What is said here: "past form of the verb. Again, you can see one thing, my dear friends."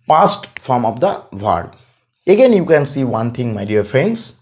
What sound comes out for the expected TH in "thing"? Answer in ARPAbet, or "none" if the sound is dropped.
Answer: T